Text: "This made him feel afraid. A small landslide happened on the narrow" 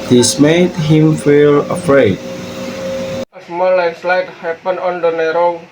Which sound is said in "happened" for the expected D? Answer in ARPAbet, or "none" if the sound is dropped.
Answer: none